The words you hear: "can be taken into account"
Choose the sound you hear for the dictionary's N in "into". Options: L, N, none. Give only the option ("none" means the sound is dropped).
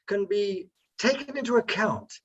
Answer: N